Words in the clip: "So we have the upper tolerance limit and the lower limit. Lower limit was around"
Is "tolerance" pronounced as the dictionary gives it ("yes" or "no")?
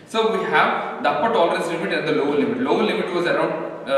no